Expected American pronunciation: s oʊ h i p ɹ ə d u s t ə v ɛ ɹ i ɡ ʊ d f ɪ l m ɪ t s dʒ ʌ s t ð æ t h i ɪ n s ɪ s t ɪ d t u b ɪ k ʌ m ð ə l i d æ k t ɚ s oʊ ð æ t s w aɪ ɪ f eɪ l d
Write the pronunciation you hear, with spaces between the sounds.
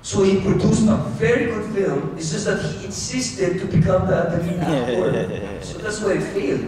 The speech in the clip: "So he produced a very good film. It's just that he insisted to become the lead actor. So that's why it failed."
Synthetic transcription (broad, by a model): s oʊ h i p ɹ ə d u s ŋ ə v ɛ ɹ i ɡ ʊ d f ɪ l m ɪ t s dʒ ʌ s t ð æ t h i ɪ n s ɪ s t ɪ d t u b ɪ k ʌ m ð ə n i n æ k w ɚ s oʊ ð æ t s w aɪ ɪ f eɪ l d